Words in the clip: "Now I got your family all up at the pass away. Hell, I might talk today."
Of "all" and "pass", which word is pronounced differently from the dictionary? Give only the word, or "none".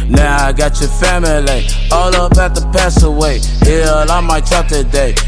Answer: none